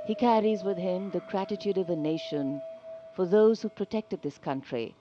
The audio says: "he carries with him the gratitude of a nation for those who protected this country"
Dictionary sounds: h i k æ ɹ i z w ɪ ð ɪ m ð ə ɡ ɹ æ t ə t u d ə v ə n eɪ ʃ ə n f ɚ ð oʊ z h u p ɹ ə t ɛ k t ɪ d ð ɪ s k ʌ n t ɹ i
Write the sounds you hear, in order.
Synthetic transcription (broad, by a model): h i k æ ɹ i z w ɪ ð ɪ m ð ə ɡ ɹ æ t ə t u d ə v ə n eɪ ʃ ə n f ɚ ð oʊ z h u p ɹ ə t ɛ k t ɪ d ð ɪ s k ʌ n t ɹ i